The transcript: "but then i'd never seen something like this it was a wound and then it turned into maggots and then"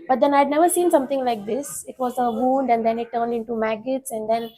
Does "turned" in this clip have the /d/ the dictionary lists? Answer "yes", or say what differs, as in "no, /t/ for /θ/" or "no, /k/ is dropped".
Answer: yes